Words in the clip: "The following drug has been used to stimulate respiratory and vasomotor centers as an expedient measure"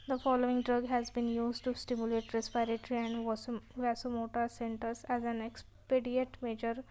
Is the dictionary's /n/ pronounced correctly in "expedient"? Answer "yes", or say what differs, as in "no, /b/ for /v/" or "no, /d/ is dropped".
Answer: no, /n/ is dropped